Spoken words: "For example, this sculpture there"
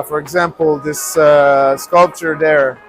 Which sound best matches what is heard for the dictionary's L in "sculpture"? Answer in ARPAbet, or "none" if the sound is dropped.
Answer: L